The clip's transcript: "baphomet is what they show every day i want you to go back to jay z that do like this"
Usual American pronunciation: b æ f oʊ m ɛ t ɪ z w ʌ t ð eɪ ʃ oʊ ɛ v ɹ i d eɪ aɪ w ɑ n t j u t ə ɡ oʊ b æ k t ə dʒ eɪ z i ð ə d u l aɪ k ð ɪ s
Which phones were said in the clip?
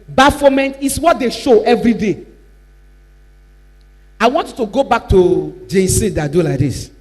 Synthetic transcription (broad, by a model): b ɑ f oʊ m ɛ t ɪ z w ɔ t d eɪ ʃ oʊ ɛ v ɹ i d eɪ aɪ w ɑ n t j u t ə ɡ oʊ b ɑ k t ə dʒ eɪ s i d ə d u l aɪ k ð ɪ s